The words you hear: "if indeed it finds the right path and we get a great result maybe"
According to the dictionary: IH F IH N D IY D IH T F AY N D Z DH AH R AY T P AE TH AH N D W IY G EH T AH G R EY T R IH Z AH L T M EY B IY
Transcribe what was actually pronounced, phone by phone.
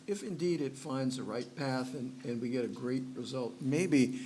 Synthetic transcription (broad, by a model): IH F IH N D IY D IH T F AY N D Z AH R AY T P AE TH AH N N W IY G EH T AH G R EY T R IH Z AH L T M EY B IY